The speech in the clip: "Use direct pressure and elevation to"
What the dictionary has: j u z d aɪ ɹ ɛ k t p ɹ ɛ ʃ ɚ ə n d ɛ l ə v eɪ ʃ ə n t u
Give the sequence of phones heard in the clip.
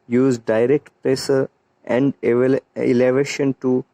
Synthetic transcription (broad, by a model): j u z d aɪ ɹ ɛ k t p ɹ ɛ s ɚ ə n d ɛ l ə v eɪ ʃ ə n t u